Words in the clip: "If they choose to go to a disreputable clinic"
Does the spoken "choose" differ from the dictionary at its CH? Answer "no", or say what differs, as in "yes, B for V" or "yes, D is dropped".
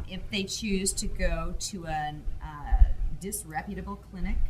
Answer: no